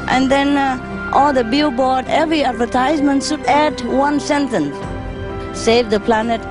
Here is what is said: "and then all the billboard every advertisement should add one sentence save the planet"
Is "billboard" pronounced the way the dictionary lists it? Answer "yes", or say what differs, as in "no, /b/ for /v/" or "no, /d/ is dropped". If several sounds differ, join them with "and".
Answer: no, /l/ is dropped